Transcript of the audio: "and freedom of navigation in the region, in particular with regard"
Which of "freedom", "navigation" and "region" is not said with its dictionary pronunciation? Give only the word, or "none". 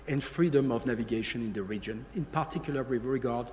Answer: none